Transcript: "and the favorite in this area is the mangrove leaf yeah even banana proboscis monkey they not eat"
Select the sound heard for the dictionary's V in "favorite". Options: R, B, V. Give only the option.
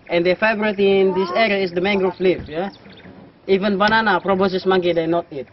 B